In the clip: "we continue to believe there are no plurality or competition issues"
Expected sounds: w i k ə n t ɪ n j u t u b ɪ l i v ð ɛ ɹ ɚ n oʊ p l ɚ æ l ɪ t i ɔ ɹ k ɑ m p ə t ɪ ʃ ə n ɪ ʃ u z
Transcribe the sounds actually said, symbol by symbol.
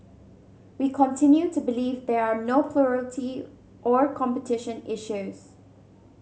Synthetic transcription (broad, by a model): w i k ə n t ɪ n j u t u b ɪ l i v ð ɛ ɹ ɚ n oʊ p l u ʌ l t i ɔ ɹ k ɑ m p ə t ɪ ʃ ə n ɪ ʃ u z